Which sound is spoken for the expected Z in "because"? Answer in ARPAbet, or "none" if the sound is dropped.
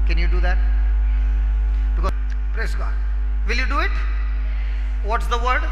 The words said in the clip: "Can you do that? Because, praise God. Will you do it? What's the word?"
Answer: none